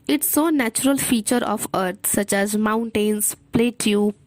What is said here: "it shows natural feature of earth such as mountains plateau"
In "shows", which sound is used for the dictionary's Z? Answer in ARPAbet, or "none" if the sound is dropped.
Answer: none